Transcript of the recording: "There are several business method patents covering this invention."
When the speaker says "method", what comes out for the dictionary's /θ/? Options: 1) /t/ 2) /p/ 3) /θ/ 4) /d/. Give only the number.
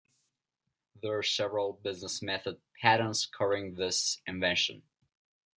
3